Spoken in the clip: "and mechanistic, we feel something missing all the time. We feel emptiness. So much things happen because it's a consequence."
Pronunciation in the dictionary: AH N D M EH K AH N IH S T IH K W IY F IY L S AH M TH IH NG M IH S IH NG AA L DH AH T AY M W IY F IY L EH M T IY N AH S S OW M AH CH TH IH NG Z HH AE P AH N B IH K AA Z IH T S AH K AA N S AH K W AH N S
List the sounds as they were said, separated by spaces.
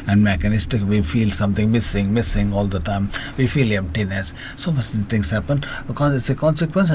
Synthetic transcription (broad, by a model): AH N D M EH K AH N IH S T IH K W IY F IY L S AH M S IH NG M IH S IH NG AA L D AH T AY M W IY F IY L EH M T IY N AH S S OW M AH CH T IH NG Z HH AE P AH N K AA IH T S AH K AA N S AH K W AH N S